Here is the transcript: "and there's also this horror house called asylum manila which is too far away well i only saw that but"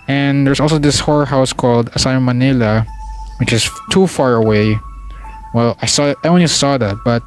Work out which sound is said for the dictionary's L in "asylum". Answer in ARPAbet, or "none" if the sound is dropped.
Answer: none